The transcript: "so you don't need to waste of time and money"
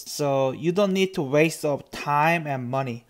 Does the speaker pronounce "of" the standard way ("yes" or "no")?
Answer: no